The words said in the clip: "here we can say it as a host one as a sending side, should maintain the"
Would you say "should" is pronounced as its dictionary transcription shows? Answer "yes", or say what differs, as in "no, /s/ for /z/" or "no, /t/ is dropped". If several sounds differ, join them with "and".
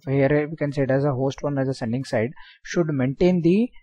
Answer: yes